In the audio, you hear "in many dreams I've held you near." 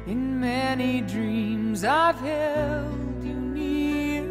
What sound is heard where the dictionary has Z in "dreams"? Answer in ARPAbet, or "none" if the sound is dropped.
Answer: Z